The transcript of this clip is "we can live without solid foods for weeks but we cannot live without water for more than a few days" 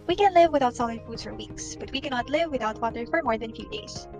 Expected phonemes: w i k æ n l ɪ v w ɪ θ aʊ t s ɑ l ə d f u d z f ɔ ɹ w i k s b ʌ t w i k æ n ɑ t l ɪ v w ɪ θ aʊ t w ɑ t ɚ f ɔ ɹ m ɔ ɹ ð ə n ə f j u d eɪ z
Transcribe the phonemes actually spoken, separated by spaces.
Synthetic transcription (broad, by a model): w i k æ n l ɪ v w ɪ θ aʊ t s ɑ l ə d f u d z f ɔ ɹ w i k s b ʌ t w i k æ n ɑ t l ɪ v w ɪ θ aʊ t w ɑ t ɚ f ɔ ɹ m ɔ ɹ ð ə n f j u d eɪ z